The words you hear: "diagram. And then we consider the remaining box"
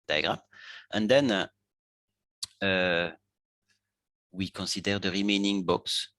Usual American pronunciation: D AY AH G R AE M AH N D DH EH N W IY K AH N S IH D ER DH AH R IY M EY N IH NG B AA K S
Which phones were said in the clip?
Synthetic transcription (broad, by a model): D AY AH G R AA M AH N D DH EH N W IY K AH N S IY D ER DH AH R IY M EY N IH NG B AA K S